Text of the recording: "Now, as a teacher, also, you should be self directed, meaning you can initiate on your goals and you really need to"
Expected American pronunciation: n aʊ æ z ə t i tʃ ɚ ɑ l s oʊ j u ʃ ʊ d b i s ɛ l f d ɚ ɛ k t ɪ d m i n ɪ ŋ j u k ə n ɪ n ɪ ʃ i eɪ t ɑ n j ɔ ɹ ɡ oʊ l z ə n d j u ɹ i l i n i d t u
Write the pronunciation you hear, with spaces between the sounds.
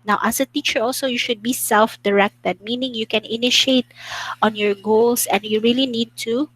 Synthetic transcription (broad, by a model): n aʊ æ s ə t i tʃ ɚ ɑ l s oʊ j u ʃ ʊ d b i s ɛ l f d ɚ ɛ k t ɪ d m i n ɪ ŋ j u k ə n ɪ n ɪ ʃ i eɪ t ɑ n j ɔ ɹ ɡ oʊ l s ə n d j u ɹ i l i n i d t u